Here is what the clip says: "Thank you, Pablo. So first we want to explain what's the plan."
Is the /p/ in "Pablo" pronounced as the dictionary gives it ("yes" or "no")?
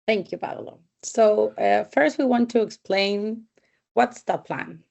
no